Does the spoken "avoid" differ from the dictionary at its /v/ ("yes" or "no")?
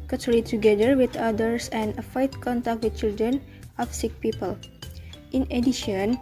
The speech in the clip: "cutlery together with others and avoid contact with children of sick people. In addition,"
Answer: yes